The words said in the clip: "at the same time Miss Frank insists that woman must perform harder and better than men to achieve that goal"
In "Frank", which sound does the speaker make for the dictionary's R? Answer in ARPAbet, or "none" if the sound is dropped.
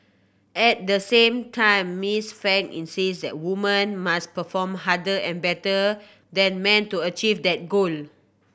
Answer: none